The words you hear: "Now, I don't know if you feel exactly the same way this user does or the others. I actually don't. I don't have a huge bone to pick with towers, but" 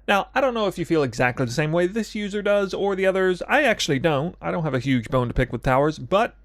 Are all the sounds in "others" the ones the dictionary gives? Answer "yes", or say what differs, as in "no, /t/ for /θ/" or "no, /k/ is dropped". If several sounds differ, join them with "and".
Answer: yes